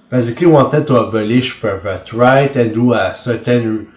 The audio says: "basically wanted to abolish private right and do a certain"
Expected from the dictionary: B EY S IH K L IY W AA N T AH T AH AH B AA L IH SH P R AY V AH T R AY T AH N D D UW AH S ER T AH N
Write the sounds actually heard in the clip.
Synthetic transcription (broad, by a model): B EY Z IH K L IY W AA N T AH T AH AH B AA L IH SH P AY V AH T R AY T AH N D D UW AH S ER T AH N